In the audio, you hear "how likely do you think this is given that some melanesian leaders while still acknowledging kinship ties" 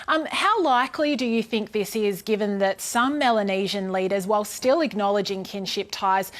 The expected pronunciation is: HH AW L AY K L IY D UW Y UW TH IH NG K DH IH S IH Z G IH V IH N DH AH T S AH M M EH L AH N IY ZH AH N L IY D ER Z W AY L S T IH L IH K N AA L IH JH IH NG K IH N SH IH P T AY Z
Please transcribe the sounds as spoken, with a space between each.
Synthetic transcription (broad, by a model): HH AW L AY K L IY D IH Y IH TH IH NG K DH IH S IH Z G IH V IH N DH AH T S AH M M EH L AH N IY ZH AH N L IY D ER Z W AY L S T IH L IH K N AA L IH JH IH NG K IH N SH IH P T AY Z